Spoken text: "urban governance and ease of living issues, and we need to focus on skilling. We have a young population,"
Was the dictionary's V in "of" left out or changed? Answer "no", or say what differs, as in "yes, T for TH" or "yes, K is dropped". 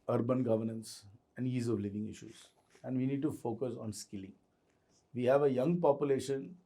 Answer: no